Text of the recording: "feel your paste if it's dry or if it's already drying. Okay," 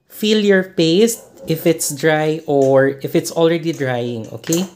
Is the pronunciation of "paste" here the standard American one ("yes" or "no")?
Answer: yes